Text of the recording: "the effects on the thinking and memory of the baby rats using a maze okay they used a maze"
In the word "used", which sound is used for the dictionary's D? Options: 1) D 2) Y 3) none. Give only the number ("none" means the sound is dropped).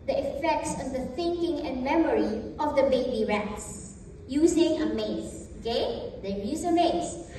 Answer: 3